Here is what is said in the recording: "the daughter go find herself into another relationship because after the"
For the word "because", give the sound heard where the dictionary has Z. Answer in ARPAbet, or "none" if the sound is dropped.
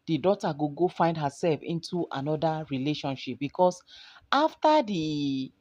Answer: S